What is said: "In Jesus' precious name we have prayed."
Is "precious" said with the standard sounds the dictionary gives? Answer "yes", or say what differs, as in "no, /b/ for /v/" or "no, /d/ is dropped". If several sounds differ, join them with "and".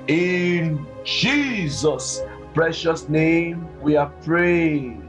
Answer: yes